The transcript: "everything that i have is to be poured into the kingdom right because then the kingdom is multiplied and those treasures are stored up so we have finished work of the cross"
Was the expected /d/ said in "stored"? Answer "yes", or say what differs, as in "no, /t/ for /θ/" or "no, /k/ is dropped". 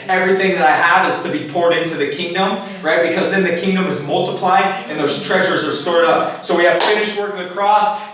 yes